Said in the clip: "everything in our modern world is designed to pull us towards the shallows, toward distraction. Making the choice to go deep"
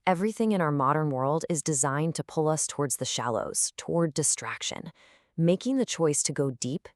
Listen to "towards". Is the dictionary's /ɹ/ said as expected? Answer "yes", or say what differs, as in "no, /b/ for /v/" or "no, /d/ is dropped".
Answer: yes